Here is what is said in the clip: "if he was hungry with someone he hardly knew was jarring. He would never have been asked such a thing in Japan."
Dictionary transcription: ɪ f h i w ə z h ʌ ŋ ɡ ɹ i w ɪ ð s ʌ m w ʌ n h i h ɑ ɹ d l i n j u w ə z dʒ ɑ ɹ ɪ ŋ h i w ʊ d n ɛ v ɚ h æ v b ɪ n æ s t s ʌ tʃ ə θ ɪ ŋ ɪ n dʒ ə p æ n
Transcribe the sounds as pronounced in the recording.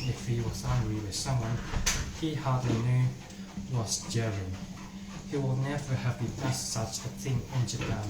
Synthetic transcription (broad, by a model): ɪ f h i w ə z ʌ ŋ ɡ ɹ i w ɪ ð s ʌ m w ʌ n h i h ɑ ɹ d l i n j u w ə z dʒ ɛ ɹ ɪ h i w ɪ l n ɛ v ɚ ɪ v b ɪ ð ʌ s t s ʌ tʃ ə θ ɪ ŋ ɪ n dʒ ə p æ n